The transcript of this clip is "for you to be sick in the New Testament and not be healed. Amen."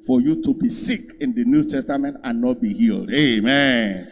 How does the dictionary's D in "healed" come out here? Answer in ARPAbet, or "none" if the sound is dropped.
D